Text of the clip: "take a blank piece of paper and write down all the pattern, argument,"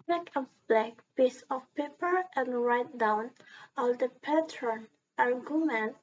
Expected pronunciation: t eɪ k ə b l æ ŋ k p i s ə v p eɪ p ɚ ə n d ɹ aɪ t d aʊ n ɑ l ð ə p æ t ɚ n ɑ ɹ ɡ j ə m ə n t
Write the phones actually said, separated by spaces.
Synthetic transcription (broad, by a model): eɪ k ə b l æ k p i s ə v p eɪ p ɚ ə n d ɹ aɪ t d aʊ n ɑ l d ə p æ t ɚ n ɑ ɹ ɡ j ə m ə n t